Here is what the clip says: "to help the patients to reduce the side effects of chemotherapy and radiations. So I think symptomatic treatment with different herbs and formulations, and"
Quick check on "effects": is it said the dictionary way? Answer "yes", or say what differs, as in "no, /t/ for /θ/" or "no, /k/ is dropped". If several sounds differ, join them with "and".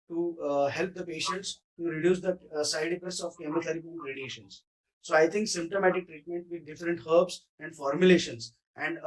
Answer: no, /k/ is dropped